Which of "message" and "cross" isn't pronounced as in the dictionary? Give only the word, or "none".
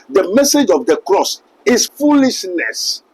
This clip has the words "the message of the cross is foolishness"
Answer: none